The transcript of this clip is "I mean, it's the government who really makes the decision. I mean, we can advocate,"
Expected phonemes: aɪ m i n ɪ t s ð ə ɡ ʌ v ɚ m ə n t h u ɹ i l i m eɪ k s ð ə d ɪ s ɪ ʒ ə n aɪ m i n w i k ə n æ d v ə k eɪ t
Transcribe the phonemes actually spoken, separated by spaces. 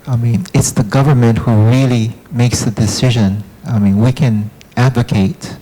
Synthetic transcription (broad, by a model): aɪ m i n ɪ t s ð ə ɡ ʌ v ɚ m ə n t h u ɹ i l i m eɪ k s ð ə d ɪ s ɪ ʒ ə n aɪ m i n w i k ə n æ d v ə k eɪ t